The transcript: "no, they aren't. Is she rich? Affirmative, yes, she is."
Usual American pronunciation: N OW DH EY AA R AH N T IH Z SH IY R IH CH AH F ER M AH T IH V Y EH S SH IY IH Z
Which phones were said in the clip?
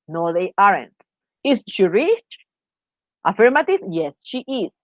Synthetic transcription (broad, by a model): N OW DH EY AA R AH N T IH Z SH IY R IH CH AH F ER M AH T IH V Y EH S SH IY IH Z